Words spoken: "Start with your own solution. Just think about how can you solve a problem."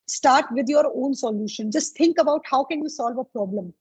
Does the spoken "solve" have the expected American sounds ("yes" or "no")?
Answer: yes